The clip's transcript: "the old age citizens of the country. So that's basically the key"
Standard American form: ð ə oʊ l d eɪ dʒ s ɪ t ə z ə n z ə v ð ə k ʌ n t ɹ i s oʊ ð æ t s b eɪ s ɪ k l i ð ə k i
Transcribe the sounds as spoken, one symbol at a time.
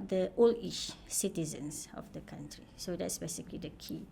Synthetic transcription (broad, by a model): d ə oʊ l i ʃ s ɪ t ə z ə n s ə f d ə k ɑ n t ɹ i s oʊ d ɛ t s b eɪ s ɪ k l i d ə k i